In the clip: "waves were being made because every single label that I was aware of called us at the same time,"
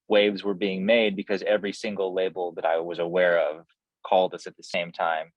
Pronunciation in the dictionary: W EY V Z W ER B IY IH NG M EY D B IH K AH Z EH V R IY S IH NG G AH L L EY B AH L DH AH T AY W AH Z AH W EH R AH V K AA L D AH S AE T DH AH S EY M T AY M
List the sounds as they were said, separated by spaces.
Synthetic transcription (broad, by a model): W EY V Z W ER B IY IH NG M EY D B IH K AH Z EH V R IY S IH NG G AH L L EY B L DH AH T AY W AH Z AH W EH R AH V K AA L D AH S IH T DH AH S EY M T AY M